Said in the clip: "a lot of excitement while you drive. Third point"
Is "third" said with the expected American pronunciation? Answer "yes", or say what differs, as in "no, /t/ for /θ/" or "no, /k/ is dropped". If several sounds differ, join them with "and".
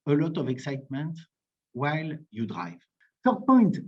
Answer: no, /s/ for /θ/